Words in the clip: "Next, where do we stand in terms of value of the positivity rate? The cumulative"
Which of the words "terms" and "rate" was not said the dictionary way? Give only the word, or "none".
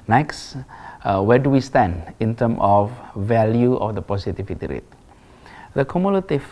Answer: terms